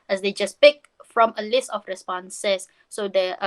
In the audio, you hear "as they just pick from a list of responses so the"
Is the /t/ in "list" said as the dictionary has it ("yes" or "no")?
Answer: yes